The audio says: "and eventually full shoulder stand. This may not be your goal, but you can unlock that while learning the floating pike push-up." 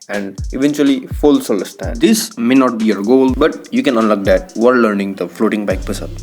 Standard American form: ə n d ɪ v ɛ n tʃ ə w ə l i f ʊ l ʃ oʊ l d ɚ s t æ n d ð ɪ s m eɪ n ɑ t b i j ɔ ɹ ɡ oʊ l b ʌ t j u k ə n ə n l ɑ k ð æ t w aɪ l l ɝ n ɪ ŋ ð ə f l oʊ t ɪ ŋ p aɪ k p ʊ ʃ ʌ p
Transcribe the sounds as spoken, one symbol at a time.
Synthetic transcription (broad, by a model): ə n d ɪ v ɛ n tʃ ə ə l i f ʊ l s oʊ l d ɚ s t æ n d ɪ s m eɪ n ɑ t b i j ɔ ɹ ɡ oʊ l b ʌ t j u k ə n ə n l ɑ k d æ t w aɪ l l ɝ n ɪ ŋ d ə f l oʊ t ɪ ŋ b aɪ k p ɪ s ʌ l